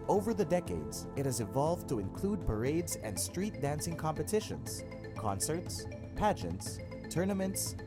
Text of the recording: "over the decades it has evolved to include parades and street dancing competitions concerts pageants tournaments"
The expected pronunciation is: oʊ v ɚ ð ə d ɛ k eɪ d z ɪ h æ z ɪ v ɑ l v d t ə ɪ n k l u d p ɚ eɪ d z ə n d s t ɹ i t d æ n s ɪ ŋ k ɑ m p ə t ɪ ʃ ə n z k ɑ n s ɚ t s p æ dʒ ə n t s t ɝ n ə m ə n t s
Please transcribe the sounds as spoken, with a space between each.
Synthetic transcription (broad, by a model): oʊ v ɚ ð ə d ɛ k eɪ d z ɪ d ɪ z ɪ v ɑ l v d t ə ɪ n k l u d p ɚ eɪ d z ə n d s t ɹ i t d æ n s ɪ ŋ k ɑ m p ə t ɪ ʃ ə n z k ɑ n s ɚ t s p æ dʒ ə n t s t ɝ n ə m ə n t s